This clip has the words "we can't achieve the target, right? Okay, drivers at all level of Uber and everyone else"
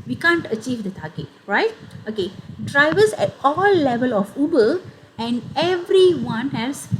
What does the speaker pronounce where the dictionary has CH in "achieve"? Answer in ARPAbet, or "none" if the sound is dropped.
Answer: CH